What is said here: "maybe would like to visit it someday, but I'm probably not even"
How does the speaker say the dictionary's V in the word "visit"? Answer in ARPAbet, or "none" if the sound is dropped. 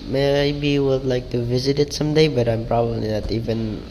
V